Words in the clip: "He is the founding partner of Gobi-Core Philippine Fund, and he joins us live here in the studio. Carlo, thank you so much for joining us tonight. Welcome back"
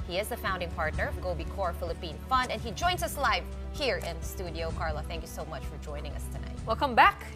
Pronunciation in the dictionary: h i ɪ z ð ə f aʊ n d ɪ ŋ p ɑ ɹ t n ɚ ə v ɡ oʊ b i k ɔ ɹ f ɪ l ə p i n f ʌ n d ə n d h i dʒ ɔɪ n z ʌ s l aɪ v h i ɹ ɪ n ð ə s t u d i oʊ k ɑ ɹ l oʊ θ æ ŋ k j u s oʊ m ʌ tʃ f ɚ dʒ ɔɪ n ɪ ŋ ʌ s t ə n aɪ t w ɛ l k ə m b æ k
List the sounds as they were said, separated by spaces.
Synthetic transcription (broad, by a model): h i ɪ z ð ə f aʊ n d ɪ ŋ p ɑ ɹ t n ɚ ə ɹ ɡ oʊ b i k ɔ ɹ f ɪ l ə p i n f ʌ n d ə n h i dʒ ɔɪ n z ʌ s l aɪ v h i ɹ ɪ n ð ə s t u d i oʊ k ɑ ɹ l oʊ θ æ ŋ k j u s oʊ m ʌ tʃ f ɚ dʒ ɔɪ n ɪ ŋ ʌ s t ə n aɪ t w ɛ l k ə m b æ k